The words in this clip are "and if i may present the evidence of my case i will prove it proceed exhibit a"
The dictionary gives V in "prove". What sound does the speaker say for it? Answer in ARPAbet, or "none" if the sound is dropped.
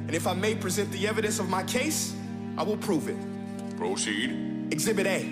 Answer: V